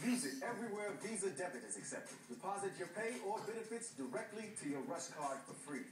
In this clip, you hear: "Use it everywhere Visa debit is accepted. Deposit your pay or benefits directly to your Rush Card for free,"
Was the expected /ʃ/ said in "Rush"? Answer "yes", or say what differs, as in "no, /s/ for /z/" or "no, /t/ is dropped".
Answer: no, /s/ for /ʃ/